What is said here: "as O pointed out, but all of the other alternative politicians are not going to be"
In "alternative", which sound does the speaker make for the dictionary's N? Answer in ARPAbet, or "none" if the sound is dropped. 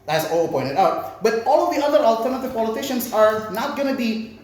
N